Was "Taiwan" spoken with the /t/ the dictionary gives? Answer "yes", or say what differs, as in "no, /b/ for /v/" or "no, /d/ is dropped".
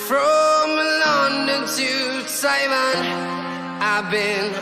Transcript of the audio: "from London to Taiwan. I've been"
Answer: no, /s/ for /t/